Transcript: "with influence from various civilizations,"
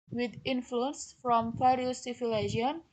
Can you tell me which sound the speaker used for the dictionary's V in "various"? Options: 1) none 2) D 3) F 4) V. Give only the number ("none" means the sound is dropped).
3